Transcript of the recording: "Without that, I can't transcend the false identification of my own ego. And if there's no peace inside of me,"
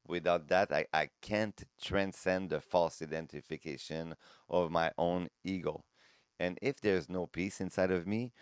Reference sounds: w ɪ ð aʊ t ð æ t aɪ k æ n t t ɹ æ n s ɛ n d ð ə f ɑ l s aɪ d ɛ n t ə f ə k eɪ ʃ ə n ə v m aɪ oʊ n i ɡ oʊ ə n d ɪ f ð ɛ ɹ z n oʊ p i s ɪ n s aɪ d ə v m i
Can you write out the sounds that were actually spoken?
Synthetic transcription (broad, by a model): w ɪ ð aʊ t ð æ t aɪ k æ n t t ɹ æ n s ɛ n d ð ə f ɑ l s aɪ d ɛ n t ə f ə k eɪ ʃ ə n ə v m aɪ oʊ n i ɡ oʊ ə n ɪ f ð ɛ ɹ z n oʊ p i s ɪ n s aɪ d ə v m i